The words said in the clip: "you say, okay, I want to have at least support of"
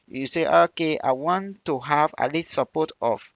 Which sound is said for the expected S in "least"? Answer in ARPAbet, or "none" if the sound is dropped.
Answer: none